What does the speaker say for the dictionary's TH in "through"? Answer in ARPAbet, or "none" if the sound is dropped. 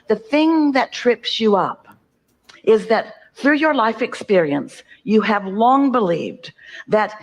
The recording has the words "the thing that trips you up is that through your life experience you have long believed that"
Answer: TH